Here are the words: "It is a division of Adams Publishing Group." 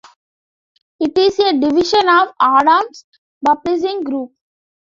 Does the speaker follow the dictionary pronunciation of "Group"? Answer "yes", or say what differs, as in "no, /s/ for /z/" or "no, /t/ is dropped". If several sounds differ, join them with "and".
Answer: yes